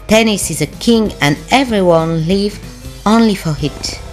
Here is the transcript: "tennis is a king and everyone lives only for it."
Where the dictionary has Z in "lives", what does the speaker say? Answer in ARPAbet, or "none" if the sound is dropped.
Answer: none